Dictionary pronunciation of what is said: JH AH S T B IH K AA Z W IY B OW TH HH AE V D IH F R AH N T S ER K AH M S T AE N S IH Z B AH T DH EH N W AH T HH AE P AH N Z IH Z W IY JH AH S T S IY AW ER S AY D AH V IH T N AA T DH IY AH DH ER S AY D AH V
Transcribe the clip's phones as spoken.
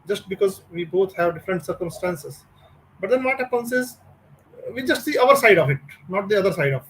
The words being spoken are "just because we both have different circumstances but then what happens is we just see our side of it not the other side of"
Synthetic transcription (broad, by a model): JH AH S T B IH K AA Z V IY B OW T HH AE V D IH F R AH N T S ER K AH M S T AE N S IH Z B AH T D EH N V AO T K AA AH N S IH Z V IY JH AH S T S IY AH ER S AY D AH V IH T N AA T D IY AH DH ER S AY D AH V